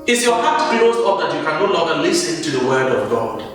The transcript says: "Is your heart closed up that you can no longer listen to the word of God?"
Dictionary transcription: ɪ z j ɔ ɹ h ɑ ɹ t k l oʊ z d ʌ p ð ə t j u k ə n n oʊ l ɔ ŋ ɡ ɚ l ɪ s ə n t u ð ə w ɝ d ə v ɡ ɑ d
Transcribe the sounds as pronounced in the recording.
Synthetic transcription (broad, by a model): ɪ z j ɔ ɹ h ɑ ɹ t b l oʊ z ɔ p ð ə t j u k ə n n oʊ l ɔ ŋ ɡ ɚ l ɪ s ə n t u ð ə w ɝ d ə v ɡ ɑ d